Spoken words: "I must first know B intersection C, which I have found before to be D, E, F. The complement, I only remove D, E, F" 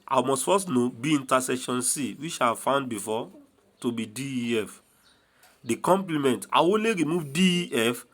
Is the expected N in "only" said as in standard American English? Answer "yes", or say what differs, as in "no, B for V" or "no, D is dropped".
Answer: no, N is dropped